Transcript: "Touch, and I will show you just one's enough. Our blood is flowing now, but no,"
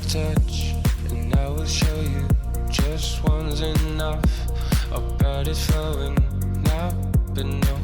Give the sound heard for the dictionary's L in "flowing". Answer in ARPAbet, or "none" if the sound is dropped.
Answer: none